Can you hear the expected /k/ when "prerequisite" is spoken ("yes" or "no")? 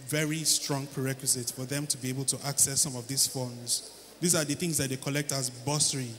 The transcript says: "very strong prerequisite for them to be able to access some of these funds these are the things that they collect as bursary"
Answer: yes